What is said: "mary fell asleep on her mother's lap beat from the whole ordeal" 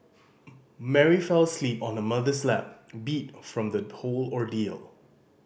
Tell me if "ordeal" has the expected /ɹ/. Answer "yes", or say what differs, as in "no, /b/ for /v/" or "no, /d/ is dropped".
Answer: yes